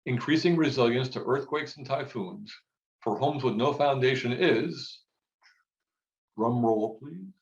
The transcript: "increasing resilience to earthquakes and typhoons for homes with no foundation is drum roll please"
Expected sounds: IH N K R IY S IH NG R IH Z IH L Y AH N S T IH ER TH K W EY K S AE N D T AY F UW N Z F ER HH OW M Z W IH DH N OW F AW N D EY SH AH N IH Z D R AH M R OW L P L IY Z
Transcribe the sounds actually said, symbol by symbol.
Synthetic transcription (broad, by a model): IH N K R IY S IH NG R IH Z IH L Y AH N S T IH ER TH K W EY K S N T AY F UW N Z F ER HH OW M Z W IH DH N OW F AW N D EY SH AH N IH Z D R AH M R OW L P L IY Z